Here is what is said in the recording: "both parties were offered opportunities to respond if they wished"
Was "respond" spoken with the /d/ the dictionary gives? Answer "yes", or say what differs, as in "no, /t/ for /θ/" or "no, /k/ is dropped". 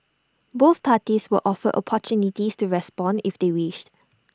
yes